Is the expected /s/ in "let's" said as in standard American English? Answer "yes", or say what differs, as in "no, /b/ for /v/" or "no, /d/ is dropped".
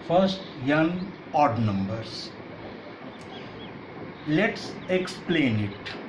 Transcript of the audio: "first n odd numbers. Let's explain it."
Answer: yes